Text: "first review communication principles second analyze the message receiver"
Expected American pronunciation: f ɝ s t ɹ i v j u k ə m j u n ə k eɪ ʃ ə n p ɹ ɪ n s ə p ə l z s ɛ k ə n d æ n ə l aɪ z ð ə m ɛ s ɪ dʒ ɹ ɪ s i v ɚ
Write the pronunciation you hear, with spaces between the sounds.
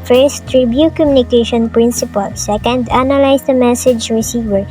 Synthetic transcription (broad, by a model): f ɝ s t ɹ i b j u k ə m j u n ə k eɪ ʃ ə n p ɹ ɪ n s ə p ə l s ɛ k ə n d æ n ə l aɪ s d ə m ɛ s ɪ dʒ ɹ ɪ s i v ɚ